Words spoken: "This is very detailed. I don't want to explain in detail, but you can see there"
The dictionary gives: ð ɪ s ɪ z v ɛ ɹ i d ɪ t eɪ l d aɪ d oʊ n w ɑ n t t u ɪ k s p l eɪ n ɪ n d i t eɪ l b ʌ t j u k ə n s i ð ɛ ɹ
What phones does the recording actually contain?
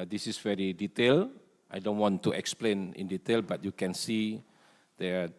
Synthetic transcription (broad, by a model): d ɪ s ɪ s v ɛ ɹ i d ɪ t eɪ l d aɪ d oʊ n w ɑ n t t u ɪ k s p l eɪ n ɪ n d i t eɪ l b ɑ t j u k ə n s i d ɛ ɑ